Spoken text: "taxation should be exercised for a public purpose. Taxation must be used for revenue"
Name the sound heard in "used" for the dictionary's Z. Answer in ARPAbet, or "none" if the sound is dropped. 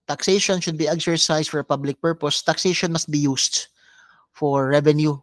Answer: S